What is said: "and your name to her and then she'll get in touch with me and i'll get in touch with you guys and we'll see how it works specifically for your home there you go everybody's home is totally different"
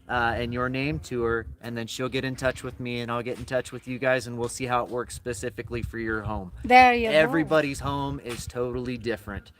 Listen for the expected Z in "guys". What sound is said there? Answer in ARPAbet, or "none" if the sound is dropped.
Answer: Z